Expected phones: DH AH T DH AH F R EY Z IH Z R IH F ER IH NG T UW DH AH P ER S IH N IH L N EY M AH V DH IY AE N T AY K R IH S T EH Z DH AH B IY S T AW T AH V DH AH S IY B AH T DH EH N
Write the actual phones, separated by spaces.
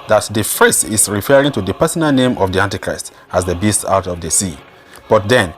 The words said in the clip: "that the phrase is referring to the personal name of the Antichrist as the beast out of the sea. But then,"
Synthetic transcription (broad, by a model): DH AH T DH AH F R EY S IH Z R IH F ER IH NG T UW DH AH P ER S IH N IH L N EY M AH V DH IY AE N T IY K R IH S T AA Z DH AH B IY S T AW T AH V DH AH S IY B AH T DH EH N